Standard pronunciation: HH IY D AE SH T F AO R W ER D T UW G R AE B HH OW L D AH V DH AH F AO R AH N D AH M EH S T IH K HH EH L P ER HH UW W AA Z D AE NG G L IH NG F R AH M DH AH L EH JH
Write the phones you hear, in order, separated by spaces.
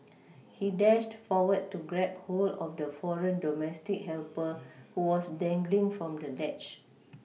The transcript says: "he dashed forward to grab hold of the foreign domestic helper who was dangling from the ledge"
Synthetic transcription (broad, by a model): HH IY D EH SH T F AO W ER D T UW G R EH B HH OW L AH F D AH F AO R AH N D AH M EH S T IH K HH EH L P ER HH UW W AA S D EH NG G L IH NG F R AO M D AH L EH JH